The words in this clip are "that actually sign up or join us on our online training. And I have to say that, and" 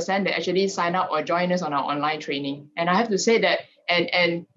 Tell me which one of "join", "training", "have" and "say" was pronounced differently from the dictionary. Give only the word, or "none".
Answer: have